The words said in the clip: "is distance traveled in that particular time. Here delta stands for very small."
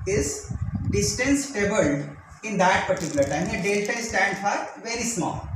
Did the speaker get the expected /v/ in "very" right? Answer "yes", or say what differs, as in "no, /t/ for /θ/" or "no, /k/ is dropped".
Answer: yes